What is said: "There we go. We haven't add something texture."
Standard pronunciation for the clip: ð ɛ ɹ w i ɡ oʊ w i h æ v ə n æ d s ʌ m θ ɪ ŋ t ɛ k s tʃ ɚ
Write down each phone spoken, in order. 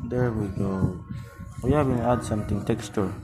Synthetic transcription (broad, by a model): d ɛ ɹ w i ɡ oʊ w i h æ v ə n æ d s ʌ m t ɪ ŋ t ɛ k s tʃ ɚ